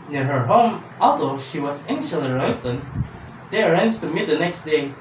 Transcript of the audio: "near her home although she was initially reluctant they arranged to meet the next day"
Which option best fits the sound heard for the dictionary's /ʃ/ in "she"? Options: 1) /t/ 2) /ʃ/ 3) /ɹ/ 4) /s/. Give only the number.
2